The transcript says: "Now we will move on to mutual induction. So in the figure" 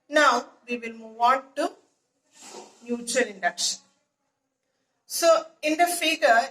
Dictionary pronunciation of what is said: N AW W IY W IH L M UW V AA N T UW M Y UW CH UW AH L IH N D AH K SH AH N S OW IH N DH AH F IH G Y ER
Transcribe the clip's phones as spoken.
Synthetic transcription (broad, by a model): N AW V IY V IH L M UW V AA N T UW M Y UW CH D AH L IH N D AH K SH AH N S OW IH N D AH F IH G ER